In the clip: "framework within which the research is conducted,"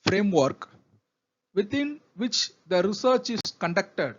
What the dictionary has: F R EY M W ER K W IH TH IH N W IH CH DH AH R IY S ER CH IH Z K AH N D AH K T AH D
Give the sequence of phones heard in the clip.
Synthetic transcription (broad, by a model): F R EY M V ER K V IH T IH N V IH CH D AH R IY S ER CH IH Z K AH N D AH K T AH D